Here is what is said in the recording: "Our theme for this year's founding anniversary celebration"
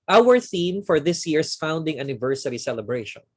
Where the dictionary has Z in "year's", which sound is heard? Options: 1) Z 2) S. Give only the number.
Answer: 2